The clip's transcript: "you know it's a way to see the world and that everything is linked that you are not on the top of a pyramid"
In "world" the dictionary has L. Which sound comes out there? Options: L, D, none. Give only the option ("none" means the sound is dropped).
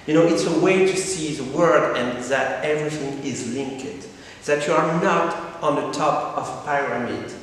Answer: none